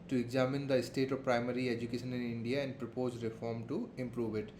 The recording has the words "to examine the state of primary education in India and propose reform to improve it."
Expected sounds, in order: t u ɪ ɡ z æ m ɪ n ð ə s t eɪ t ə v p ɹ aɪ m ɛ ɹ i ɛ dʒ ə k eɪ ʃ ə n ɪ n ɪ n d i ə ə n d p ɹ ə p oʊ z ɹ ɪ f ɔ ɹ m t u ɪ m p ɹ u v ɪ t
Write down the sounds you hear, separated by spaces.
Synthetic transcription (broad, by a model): t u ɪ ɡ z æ m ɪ n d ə s t eɪ t ə v p ɹ aɪ m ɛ ɹ i ɛ dʒ ə k eɪ ʃ ə n ɪ n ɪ n d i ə ə n d p ɹ ə p oʊ z ɹ ɪ f ɔ ɹ m t u ɪ m p ɹ u v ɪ t